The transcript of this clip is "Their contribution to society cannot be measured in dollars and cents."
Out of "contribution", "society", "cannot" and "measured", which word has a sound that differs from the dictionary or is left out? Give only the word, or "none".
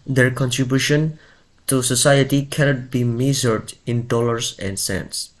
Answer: measured